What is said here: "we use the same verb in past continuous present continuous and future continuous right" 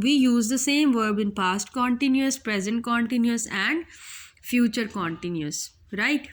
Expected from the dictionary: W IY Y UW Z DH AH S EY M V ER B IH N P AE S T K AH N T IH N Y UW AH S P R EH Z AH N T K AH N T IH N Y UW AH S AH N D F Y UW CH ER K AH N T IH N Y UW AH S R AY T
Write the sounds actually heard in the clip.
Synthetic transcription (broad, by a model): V IY Y UW Z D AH S EY M V ER B IH N P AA S T K AH N T IH N Y UW AH S P R EH Z AH N T K AH N T IH N Y UW AH S AH N D F Y UW CH ER K AH N T IH N Y UW AH S R AY T